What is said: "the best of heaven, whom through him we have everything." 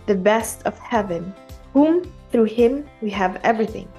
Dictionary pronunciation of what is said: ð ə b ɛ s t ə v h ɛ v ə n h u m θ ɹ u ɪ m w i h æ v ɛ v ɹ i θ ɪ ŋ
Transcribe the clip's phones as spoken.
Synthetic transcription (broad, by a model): ð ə b ɛ s t ə v h ɛ v ə n h u m θ ɹ u ɪ m w i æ v ɛ v ɹ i θ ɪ ŋ